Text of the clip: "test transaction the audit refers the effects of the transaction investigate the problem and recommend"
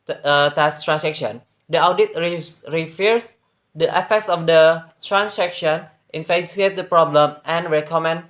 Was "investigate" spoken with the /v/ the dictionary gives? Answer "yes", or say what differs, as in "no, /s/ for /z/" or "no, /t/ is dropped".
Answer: no, /f/ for /v/